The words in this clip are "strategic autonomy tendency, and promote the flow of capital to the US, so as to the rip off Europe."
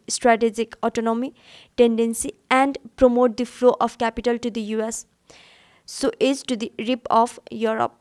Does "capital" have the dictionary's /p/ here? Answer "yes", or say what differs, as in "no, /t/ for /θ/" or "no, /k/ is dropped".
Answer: yes